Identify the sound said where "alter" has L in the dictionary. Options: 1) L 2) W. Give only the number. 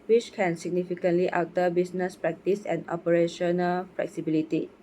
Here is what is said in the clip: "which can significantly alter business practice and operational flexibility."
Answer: 2